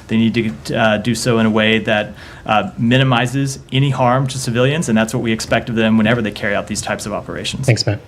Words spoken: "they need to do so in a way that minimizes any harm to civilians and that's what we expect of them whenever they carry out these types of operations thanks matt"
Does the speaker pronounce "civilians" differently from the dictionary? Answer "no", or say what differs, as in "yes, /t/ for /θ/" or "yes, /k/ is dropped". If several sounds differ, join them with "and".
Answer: no